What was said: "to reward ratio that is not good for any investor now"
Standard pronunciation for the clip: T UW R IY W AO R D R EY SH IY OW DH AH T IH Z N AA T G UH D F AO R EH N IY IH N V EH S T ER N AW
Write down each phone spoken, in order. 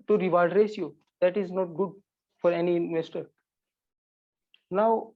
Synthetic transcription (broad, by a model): T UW R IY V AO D R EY S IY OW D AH T IH Z N AA T G UH D F AO R EH N IY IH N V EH S T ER N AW